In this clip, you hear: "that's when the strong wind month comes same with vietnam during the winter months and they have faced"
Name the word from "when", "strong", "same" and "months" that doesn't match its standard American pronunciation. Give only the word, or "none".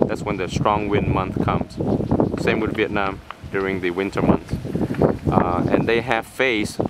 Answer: months